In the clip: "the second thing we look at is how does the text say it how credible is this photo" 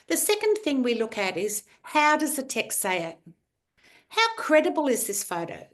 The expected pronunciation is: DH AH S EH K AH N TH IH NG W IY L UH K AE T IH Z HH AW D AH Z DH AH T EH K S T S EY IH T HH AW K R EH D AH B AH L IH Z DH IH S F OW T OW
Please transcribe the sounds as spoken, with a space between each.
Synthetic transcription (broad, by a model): DH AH S EH K AH N TH IH NG W IY L UH K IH T IH Z HH AW D AH Z DH AH T EH K S T S EY IH T HH AW K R EH D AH B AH L IH Z DH IH S F OW T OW